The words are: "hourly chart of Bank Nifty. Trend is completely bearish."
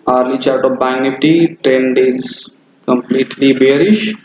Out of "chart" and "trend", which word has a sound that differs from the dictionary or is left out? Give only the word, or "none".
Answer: none